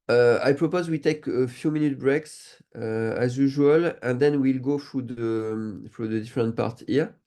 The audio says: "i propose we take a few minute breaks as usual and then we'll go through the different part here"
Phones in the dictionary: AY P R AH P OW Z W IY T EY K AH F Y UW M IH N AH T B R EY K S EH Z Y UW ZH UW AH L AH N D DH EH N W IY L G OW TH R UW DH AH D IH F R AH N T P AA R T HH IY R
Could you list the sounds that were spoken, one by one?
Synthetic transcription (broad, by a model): AY P R AH P OW Z W IY T EY K AH F Y UW M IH N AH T B R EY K S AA Z Y UW ZH UW AH L AH N D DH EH N W IY L G OW F R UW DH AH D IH F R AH N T P AA R T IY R